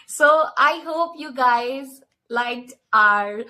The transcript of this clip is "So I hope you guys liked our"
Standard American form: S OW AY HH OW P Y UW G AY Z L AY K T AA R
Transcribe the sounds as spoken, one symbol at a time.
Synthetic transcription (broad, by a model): S OW AY HH OW P Y UW G AY Z L AY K AA R